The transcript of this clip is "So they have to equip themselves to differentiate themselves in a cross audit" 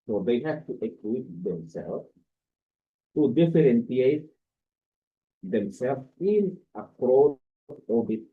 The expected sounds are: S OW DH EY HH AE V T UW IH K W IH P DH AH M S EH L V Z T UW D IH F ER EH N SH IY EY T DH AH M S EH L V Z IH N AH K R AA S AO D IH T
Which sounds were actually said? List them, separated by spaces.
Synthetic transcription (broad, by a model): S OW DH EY HH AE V T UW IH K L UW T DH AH M S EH L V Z T UW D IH F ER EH N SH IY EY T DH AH M S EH L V IH N AH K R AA AO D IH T